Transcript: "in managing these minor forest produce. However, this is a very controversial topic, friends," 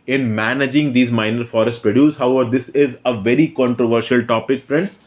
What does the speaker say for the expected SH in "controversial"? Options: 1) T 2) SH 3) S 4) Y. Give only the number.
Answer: 2